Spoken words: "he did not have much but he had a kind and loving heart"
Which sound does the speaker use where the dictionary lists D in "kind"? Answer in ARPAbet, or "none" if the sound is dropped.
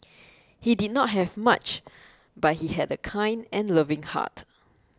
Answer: D